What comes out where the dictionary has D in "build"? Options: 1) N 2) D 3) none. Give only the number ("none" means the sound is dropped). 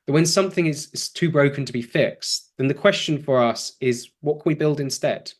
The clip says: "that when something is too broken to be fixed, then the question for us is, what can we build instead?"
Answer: 2